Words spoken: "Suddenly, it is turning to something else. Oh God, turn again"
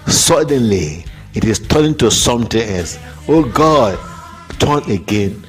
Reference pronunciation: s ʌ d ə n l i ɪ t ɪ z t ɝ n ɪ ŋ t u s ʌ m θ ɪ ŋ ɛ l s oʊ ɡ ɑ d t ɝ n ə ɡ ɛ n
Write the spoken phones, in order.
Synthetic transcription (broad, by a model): s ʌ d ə n l i ɪ t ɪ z t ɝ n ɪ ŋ t u s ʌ m t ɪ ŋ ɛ s oʊ ɡ ɑ d t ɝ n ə ɡ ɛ n